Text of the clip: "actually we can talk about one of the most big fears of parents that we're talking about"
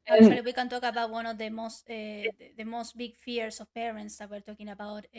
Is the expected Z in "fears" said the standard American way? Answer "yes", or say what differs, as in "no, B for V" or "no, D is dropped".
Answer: no, S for Z